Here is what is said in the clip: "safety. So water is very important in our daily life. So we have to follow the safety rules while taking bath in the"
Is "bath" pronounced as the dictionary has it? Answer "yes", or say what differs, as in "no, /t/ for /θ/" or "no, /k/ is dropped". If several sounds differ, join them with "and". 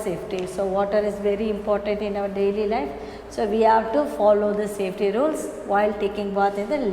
no, /t/ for /θ/